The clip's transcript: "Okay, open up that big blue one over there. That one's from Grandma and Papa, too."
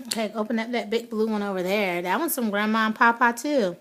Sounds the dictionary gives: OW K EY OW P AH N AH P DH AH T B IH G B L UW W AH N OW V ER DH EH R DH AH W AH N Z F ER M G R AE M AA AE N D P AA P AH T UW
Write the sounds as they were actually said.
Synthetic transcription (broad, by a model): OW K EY OW P AH N AH P DH AH T B IH G B L UW W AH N OW V ER DH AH R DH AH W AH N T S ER M G R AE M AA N P AA P AH T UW